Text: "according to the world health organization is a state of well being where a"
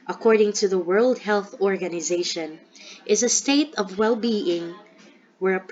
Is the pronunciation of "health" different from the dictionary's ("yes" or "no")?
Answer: no